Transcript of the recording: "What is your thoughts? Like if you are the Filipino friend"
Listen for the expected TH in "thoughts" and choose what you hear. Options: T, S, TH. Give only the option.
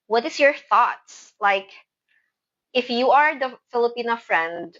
TH